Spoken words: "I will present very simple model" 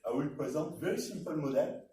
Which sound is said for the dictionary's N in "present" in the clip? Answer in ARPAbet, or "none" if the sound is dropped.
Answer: none